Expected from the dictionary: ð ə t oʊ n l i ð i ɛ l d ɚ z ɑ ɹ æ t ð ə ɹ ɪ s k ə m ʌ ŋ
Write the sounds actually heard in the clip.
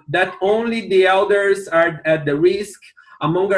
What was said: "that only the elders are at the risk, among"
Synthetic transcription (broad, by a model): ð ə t oʊ n l i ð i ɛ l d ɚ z ɑ ɹ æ t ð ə ɹ ɪ s k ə m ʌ ŋ